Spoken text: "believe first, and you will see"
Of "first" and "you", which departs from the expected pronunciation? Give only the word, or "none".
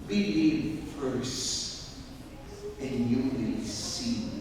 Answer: first